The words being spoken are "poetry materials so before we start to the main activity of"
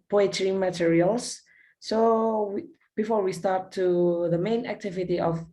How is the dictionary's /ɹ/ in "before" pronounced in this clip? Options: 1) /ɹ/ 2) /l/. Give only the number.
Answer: 1